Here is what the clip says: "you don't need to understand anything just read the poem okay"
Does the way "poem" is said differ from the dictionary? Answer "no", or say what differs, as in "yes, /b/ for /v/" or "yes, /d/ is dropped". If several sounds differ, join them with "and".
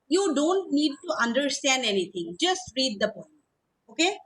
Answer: yes, /m/ is dropped